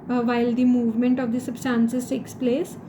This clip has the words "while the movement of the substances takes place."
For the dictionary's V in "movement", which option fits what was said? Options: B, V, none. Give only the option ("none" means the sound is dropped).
V